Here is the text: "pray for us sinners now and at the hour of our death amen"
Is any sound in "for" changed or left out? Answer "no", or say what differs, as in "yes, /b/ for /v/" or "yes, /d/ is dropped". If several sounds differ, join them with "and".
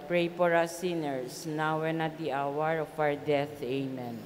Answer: yes, /p/ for /f/